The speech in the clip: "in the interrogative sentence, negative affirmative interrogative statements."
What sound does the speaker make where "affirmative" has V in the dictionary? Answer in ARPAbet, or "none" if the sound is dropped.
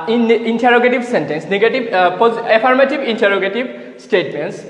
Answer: B